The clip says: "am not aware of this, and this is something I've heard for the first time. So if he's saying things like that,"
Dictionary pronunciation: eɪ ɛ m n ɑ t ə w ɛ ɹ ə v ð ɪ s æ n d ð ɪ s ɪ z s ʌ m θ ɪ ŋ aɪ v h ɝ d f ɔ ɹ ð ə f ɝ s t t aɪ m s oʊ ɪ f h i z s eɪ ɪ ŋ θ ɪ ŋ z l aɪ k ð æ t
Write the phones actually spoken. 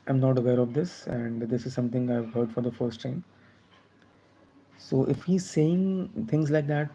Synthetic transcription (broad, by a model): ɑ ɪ m n ɑ t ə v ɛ ɹ ə v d ɪ s æ n d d ɪ s ɪ z s ʌ m t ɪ ŋ aɪ v h ɝ d f ɔ ɹ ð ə f ɝ s t t aɪ m s oʊ ɪ f h i z s eɪ ɪ ŋ t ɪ ŋ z l aɪ k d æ t